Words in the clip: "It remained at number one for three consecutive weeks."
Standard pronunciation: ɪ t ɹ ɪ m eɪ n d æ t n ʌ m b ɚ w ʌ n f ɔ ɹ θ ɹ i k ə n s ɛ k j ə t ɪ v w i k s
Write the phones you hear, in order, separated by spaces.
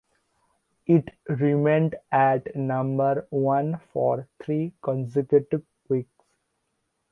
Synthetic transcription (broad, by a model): ɪ t ɹ ɪ m eɪ n d æ t n ʌ m b ɚ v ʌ n f ɔ ɹ t ɹ i k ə n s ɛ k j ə t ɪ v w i k s